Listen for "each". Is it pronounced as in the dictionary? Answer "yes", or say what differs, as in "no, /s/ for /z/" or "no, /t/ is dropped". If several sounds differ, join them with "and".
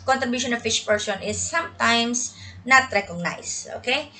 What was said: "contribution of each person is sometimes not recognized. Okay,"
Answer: no, /ʃ/ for /tʃ/